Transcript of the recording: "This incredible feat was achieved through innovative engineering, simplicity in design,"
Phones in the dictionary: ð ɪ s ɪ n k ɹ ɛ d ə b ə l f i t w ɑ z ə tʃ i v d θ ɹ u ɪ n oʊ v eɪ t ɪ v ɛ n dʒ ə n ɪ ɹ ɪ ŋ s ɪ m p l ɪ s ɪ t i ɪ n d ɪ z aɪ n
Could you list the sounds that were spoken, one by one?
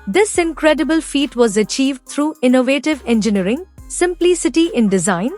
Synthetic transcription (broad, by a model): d ɪ s ɪ n k ɹ ɛ d ə b ə l f i t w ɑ z ə tʃ i v d t ɹ u ɪ n oʊ v eɪ t ɪ v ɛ n dʒ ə n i ɹ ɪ ŋ s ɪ m p l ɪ s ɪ t i ɪ n d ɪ z aɪ n